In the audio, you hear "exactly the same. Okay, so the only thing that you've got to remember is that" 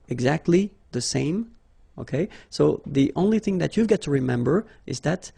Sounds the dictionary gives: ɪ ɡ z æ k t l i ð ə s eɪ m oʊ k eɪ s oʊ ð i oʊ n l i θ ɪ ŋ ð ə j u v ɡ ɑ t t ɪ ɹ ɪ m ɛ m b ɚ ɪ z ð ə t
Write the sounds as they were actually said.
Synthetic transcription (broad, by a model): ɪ ɡ z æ k t l i ð ə s eɪ m oʊ k eɪ s oʊ ð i oʊ n l i θ ɪ ŋ ð ə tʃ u v ɡ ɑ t t ɪ ɹ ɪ m ɛ m b ɚ ɪ z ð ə t